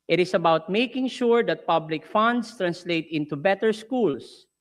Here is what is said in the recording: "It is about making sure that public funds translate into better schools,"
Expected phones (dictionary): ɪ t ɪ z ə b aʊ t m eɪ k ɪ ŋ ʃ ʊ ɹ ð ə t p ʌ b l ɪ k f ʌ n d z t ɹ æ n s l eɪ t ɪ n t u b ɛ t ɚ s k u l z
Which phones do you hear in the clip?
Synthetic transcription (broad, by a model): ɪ t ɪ s ə b aʊ t m eɪ k ɪ ŋ ʃ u ɹ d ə t p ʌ b l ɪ k f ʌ n d s t ɹ æ n s l eɪ t ɪ n t u b ɛ t ɚ s k u l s